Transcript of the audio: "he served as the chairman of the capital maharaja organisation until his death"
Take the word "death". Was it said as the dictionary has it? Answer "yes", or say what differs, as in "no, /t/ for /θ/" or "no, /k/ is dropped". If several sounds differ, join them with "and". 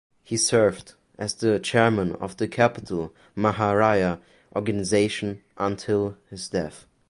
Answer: yes